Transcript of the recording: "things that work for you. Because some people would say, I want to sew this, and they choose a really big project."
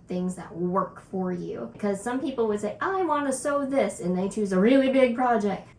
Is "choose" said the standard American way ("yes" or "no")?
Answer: yes